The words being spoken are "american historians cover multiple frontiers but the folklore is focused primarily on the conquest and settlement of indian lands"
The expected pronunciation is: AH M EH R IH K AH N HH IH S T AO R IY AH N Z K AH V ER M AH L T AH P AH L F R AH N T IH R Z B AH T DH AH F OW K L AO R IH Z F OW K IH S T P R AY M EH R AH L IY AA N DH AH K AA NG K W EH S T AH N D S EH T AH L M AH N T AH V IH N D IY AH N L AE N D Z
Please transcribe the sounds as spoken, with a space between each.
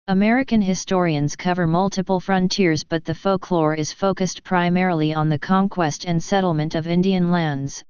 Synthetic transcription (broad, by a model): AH M EH R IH K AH N HH IH S T AO R IY AH N Z K AH V ER M AH L T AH P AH L F R AH N T IH R Z B AH T DH AH F OW K L AO R IH Z F OW K IH S T P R AY M EH R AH L IY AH N DH AH K AA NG K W EH S T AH N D S EH T L M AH N T AH V IH N D IY AH N L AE N D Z